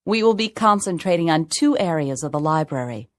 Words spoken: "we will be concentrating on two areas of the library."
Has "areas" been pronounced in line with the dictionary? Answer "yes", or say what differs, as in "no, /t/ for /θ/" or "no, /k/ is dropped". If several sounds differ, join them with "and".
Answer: yes